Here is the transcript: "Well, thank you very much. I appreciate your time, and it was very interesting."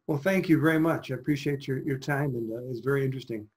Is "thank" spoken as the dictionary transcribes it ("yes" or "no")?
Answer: yes